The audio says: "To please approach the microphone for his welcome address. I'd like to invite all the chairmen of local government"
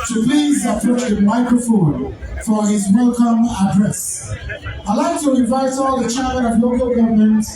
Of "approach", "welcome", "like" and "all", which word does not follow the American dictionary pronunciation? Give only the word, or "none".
approach